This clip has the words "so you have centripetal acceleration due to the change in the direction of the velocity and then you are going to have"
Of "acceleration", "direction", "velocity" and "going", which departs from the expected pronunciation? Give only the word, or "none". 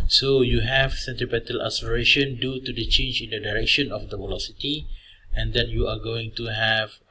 acceleration